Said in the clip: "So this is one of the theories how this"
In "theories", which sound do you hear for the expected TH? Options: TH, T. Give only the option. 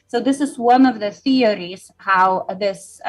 TH